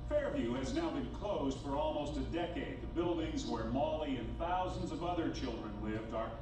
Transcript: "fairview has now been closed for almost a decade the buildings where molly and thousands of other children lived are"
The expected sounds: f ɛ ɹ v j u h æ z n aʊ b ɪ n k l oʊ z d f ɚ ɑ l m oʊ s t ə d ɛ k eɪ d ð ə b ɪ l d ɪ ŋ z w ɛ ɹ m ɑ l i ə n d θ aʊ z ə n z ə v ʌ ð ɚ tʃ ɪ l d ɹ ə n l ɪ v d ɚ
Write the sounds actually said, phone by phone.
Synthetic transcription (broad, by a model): f ɛ ɹ v j u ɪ z n aʊ b ɪ n k l oʊ z d f ɚ ɑ l m oʊ s t ə d ɛ k eɪ d ð ə b ɪ l d ɪ ŋ z w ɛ ɹ m ɑ l i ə n θ aʊ z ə n z ə v ʌ ð ɚ tʃ ɪ l d ɹ ə n l ɪ v d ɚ